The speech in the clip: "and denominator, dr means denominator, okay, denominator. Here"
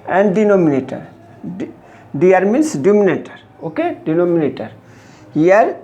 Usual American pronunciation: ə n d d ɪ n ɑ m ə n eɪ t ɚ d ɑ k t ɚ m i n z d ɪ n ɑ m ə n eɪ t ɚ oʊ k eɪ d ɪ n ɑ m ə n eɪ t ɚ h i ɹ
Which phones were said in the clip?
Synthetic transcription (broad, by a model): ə n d d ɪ n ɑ m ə n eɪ t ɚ d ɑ t m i n s d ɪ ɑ m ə n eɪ t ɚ oʊ k eɪ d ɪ n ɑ m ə n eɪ t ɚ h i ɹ